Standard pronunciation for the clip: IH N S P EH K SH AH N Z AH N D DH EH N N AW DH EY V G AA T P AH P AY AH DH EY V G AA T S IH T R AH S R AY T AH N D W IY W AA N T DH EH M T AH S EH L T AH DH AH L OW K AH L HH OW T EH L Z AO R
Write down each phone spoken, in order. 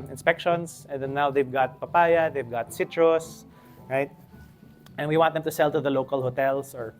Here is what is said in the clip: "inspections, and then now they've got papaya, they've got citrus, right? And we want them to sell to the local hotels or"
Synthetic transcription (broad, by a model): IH N S P EH K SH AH N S AH N D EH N N AW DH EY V G AA T P AH P AY AH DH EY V G AA T S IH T R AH S R AY T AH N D W IY W AA N T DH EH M T AH S EH L T AH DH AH L OW K AH L HH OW T EH L S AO R